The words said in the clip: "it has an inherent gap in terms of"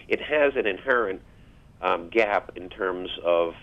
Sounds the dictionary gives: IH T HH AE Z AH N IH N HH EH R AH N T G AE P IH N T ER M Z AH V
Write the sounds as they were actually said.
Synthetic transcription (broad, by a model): IH T HH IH Z AH N IH N HH EH R AH N T G AE P IH N T ER M Z AH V